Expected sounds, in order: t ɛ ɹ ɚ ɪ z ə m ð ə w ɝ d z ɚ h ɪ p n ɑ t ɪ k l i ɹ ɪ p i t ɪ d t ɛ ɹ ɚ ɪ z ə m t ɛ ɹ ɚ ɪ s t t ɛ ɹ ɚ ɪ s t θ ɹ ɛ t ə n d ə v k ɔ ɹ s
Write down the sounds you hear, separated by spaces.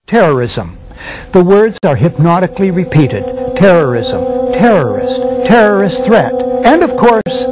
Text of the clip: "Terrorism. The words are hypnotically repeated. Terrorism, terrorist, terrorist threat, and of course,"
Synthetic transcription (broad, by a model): t ɛ ɹ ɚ ɪ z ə m ð ə w ɝ d z ɚ h ɪ p n ɑ t ɪ k l i ɹ ɪ p i t ɪ d t ɛ ɹ ɚ ɪ z ə m t ɛ ɹ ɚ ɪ s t t ɛ ɹ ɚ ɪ s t θ ɹ ɛ t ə n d ə v k ɔ ɹ s